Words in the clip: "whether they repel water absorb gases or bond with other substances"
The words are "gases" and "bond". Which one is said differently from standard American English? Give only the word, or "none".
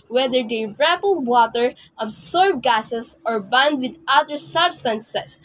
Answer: gases